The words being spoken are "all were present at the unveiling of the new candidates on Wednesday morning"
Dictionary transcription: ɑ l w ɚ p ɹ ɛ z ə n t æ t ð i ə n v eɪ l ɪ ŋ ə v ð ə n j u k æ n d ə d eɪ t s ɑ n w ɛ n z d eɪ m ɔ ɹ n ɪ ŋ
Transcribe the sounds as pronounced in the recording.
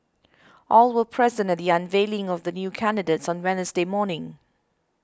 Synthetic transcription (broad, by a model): ɑ l w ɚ p ɹ ɛ z ə n t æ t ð i ə n v eɪ l ɪ ŋ ə v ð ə n j u k æ n d ə d eɪ t s ɑ n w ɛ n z d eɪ m ɔ n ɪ ŋ